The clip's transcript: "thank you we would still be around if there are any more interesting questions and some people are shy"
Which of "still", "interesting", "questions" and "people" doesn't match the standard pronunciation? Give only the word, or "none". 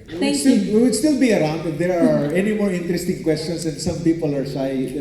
questions